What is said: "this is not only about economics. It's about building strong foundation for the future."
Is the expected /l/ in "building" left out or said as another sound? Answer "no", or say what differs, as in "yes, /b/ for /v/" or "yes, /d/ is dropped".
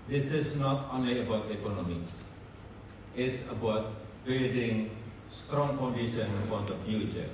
yes, /l/ is dropped